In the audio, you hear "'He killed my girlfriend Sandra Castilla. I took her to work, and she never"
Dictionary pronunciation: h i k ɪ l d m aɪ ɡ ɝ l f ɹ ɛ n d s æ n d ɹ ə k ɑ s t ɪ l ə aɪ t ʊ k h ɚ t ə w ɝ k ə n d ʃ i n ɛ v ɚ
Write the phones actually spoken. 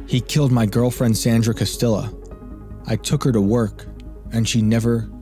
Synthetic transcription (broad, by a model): h i k ɪ l d m aɪ ɡ ɝ l f ɹ ɛ n d s æ n d ɹ ə k ɑ s t ɪ l ə aɪ t ʊ k h ɚ t ə w ɝ k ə n ʃ i n ɛ v ɚ